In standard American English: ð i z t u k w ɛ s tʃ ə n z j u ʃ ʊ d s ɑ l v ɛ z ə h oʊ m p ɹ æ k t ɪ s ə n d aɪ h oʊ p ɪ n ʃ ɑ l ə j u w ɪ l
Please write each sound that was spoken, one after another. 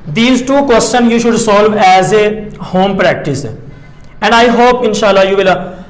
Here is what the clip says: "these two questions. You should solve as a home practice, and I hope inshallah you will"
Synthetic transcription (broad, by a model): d i z t u k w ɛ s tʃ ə n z j u ʃ ʊ d s ɑ l v ɛ z ə h oʊ m p ɹ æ k t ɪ s ə n d aɪ h oʊ p ɪ n ʃ ɑ l ə j u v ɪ l